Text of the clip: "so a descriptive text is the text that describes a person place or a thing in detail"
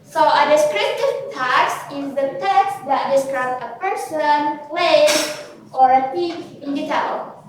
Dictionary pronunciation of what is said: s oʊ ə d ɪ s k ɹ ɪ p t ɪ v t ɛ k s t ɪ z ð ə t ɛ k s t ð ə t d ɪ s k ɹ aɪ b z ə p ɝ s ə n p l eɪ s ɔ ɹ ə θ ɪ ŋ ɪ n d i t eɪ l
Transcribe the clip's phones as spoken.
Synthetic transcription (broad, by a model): s oʊ ə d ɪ s k ɹ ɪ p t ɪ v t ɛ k s ɪ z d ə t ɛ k s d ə t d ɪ s k ɹ aɪ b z ə p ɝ s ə n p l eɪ ɔ ɹ ə t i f ɪ n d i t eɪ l